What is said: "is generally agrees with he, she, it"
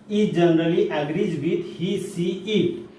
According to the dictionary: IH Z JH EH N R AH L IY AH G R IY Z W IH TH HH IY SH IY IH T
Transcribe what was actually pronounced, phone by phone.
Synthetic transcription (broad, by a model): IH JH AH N R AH L IY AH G R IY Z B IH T HH IY S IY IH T